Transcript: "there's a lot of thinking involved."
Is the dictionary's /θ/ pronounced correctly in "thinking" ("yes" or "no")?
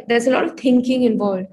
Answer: no